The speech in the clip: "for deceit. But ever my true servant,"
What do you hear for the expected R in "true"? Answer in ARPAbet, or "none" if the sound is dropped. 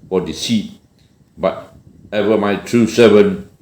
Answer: R